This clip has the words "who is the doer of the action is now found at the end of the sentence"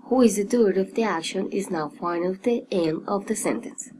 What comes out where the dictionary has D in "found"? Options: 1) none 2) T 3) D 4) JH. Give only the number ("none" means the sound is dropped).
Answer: 1